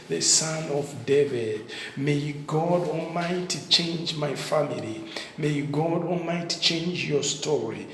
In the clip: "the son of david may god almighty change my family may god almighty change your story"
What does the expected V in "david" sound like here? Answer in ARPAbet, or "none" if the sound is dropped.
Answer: V